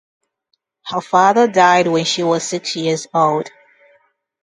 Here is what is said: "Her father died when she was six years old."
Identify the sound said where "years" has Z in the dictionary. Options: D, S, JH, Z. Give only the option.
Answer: Z